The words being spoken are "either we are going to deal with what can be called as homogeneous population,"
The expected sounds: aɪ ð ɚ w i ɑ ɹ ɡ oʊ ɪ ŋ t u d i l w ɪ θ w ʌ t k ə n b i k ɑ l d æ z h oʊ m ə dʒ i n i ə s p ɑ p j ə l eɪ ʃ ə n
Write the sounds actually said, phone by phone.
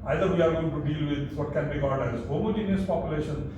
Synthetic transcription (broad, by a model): aɪ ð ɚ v i ɑ ɹ ɡ oʊ ɪ ŋ t u d i l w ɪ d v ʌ t k ə n b i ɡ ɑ n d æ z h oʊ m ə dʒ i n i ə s p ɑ p j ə l eɪ ʃ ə n